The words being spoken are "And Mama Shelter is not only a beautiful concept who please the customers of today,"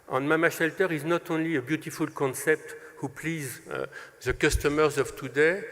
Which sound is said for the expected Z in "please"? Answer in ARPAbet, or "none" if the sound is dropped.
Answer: Z